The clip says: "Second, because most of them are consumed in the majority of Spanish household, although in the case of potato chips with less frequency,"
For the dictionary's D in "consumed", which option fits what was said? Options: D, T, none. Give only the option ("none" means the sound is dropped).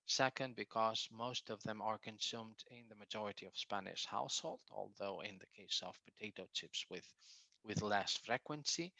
D